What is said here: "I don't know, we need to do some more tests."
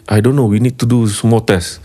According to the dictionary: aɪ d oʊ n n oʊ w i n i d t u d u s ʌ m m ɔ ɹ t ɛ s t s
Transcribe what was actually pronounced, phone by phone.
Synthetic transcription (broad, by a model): aɪ d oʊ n n oʊ w i n i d t u d u s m m ɔ l t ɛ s s